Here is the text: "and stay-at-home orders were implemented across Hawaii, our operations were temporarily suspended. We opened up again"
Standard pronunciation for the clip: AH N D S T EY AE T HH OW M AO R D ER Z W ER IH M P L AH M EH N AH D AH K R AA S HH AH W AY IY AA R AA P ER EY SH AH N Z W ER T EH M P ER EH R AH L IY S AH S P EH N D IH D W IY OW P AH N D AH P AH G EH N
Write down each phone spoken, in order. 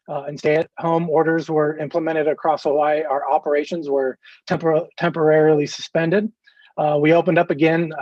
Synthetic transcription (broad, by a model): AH N S T EY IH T HH OW M AO R D ER Z W ER IH M P L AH M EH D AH D AH K R AA S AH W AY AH R AA P ER EY SH AH N Z W ER T EH M P ER EH R AH L IY S AH S P EH N D IH D W IY OW P AH N D AH P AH G EH N